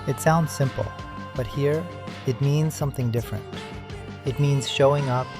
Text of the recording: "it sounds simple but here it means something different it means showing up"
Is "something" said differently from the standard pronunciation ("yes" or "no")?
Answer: no